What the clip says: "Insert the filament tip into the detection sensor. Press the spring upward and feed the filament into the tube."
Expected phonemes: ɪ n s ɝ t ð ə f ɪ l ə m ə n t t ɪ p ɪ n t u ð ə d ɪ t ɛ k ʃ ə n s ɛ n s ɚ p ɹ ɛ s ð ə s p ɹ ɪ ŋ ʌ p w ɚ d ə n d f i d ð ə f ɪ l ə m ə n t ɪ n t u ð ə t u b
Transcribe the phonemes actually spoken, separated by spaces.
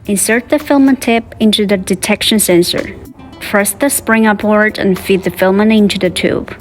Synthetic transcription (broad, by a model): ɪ n s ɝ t ð ə f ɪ l m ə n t t ɪ p ɪ n t u ð ə d ɪ t ɛ k ʃ ə n s ɛ n s ɚ f ɹ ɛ s ð ə s p ɹ ɪ ŋ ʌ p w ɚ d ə n f i d ð ə f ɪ l m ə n ɪ n t u ð ə t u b